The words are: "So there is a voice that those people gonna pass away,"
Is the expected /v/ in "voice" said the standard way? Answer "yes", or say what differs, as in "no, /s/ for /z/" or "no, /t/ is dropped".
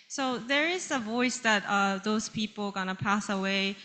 yes